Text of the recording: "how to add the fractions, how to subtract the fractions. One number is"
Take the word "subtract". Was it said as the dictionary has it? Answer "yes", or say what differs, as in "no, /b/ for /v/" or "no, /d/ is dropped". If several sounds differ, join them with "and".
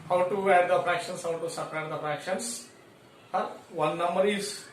no, /k/ is dropped